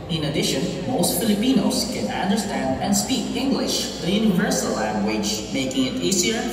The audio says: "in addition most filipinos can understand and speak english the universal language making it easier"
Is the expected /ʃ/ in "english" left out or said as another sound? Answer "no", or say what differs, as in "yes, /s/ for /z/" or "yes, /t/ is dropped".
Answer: no